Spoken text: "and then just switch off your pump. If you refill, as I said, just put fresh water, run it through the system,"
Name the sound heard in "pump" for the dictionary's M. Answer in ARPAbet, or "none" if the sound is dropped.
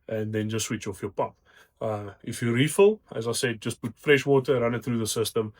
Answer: none